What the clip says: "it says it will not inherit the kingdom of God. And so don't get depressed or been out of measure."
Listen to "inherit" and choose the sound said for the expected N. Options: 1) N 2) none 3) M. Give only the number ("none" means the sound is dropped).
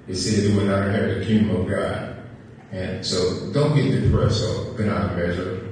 2